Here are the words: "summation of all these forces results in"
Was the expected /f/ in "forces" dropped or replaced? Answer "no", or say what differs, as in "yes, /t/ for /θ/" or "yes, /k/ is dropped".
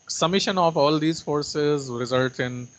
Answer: no